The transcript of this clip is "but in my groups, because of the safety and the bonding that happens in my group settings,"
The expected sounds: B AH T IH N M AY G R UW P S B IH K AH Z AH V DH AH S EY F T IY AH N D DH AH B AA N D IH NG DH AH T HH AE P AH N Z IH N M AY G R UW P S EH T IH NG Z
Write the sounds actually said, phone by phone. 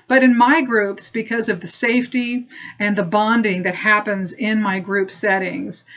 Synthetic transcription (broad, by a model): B AH T IH N M AY G R UW P S B IH K AH Z AH V DH AH S EY F T IY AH N DH AH B AA N D IH NG DH AH T HH AE P AH N Z IH N M AY G R UW P S EH T IH NG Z